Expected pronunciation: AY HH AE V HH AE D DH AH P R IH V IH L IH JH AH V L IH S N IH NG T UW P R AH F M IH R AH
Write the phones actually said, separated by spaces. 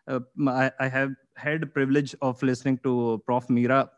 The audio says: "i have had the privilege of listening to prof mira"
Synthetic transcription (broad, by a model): AY HH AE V HH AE D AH P R IH V IH L IH JH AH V L IH S N IH NG T UW P R AH F M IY R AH